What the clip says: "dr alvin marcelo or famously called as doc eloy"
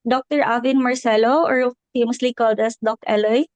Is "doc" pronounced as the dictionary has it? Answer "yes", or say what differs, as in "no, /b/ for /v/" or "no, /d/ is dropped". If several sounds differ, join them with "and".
yes